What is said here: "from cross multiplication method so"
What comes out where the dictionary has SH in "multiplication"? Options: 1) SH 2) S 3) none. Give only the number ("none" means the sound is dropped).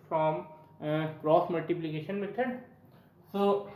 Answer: 1